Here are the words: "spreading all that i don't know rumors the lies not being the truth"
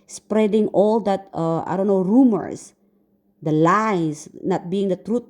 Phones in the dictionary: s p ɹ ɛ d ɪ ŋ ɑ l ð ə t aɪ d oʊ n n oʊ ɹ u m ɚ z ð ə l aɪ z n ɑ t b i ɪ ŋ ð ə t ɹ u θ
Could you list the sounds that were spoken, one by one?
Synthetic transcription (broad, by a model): s p ɹ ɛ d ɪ ŋ ɑ l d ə t aɪ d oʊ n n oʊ ɹ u m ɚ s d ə l aɪ s n ɑ t b i ɪ ŋ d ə t ɹ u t